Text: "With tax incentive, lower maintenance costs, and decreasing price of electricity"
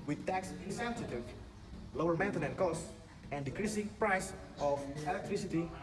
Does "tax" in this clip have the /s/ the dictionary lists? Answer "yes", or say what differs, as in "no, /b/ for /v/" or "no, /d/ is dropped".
yes